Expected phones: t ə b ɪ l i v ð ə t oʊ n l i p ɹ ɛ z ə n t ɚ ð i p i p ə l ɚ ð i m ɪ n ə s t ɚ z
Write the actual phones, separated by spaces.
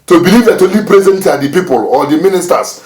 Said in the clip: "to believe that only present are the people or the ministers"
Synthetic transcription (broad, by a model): t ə b ɪ l i v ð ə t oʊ l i p ɹ ɛ z ə n t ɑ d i p i p ə l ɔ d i m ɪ n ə s t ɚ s